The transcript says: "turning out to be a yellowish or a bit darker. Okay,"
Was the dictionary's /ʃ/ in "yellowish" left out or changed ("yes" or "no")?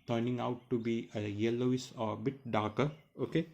yes